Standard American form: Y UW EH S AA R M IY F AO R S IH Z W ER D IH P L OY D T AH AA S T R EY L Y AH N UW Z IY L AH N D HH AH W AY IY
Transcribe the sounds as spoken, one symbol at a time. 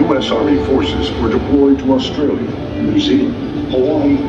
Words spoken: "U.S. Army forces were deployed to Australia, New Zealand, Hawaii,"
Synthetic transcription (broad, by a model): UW EH S AA R M IY F AO R S IH Z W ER D IH P L OY D T AH AA S T R EY L Y AH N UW S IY AH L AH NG